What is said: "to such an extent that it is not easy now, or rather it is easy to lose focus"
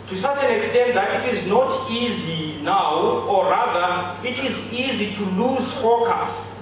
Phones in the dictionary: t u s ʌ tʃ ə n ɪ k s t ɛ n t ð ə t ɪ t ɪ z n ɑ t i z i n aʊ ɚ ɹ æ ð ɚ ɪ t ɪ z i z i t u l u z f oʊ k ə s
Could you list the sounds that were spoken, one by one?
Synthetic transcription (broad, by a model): t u s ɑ tʃ ə n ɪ k s t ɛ n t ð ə t ɪ t ɪ z n ɑ t i z i n aʊ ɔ ɹ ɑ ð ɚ ɪ t ɪ z i z i t u l u z f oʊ k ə s